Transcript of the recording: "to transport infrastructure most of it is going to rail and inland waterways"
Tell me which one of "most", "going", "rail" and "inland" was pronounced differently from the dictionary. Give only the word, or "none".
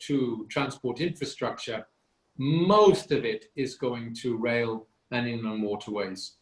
inland